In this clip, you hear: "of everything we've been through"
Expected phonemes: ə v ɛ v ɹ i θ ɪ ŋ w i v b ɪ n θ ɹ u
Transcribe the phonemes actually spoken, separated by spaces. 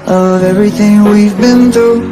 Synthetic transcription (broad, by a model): ə v ɛ v ɹ i θ ɪ ŋ w i v b ɪ n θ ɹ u